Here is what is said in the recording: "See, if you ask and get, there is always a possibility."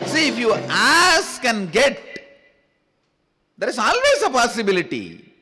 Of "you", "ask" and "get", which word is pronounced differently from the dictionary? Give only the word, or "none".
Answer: none